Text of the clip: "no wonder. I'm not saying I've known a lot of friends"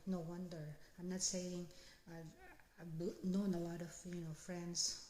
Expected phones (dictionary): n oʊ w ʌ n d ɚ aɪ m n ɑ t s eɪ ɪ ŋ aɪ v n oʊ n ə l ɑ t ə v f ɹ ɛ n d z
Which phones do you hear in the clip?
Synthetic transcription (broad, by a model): n oʊ w ʌ n d ɚ aɪ m n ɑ t s eɪ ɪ ŋ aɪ b n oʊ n ə l ɑ t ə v f ɹ ɛ n d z